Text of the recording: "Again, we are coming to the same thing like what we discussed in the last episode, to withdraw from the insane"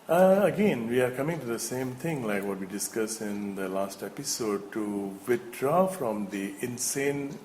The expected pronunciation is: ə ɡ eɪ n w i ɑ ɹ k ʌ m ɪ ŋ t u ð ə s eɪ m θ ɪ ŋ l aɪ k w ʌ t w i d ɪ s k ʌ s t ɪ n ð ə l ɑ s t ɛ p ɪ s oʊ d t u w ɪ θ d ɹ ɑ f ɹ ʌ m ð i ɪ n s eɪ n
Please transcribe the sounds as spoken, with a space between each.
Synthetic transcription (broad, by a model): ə ɡ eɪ n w i ɑ ɹ k ʌ m ɪ ŋ t u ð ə s eɪ m t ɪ ŋ l aɪ k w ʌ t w i d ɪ s k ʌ s ɪ n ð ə l ɑ s t ɛ p ɪ s oʊ d t u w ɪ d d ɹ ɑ f ɹ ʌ m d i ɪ n s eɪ n